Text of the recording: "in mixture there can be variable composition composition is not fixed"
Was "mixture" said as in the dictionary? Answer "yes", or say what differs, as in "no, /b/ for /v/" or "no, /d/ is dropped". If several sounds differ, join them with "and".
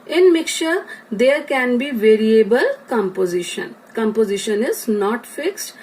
no, /s/ is dropped